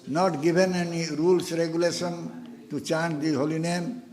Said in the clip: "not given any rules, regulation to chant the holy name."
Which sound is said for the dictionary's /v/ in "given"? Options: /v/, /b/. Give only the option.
/b/